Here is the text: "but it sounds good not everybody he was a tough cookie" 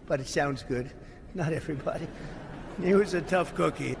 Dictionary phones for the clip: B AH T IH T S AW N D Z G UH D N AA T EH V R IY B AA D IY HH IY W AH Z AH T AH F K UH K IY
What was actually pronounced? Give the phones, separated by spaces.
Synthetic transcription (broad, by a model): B AH T IH T S AW N D Z G UH D N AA T EH V R IY B AA D IY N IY W AH Z AH T AH F K UH K IY